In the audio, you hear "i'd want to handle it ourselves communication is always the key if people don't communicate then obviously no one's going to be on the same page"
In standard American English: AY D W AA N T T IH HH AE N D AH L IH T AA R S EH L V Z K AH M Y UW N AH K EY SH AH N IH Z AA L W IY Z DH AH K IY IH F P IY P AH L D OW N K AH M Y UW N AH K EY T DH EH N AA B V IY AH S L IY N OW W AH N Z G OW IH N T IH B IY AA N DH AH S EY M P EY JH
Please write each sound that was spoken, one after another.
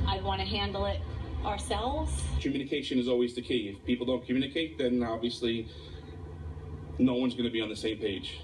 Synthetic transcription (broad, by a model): AY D W AA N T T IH HH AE N D L IH T AA R S EH L V Z K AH M Y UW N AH K EY SH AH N IH Z AA L W IY Z DH AH K IY IH F P IY P L D OW N K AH M Y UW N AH K EY T DH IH N AA B V IY AH S L IY N OW W AH N Z G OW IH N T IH B IY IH N DH AH S EY M P EY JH